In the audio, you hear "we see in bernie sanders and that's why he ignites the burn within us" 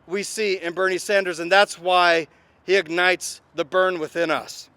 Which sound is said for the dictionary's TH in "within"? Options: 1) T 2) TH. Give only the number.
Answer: 2